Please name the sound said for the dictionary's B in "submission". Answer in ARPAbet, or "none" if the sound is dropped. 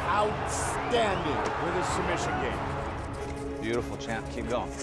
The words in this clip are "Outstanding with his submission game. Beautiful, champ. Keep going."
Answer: none